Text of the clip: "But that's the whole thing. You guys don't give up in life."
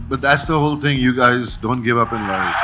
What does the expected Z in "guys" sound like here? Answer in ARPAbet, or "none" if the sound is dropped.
Z